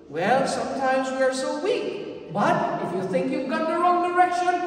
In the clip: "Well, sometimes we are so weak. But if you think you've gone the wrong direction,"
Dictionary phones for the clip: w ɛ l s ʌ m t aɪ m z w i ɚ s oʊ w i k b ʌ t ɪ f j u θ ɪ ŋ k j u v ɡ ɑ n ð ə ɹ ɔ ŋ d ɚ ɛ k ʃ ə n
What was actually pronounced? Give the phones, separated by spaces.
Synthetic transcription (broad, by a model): w ɛ l s ʌ m t aɪ m z w i ɚ s oʊ w i k b ʌ t ɪ f j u θ ɪ ŋ k j u v ɡ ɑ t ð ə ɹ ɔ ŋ d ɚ ɛ k ʃ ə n